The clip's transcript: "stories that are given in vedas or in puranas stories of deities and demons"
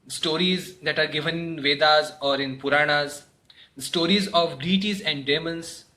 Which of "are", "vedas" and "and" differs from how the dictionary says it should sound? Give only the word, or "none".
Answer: none